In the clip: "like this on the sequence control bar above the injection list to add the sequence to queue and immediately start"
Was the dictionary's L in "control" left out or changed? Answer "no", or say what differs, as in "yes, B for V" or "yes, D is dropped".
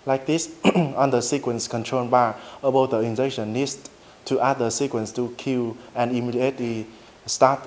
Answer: yes, N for L